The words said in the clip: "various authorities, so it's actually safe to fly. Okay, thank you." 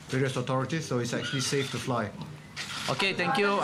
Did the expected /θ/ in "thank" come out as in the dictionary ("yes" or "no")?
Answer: no